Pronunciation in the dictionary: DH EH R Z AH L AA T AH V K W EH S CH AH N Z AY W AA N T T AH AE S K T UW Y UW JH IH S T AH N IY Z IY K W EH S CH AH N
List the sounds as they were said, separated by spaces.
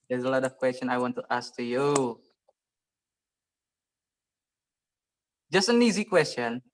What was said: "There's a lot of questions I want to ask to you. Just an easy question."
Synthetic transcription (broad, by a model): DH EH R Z AH L AA T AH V K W EH S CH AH N AY W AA N T T AH S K T UW Y UW JH IH S T AH N IY Z IY K W EH S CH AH N